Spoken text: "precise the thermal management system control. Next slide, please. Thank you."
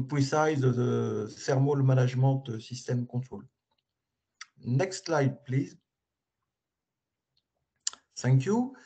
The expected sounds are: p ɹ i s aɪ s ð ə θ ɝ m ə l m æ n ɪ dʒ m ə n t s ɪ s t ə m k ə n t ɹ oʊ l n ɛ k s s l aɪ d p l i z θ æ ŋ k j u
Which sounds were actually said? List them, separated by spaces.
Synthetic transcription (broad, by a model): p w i s aɪ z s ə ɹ m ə l m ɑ n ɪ ʒ m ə t s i s t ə m k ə t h oʊ l n ɛ k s s l aɪ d p l i z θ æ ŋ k j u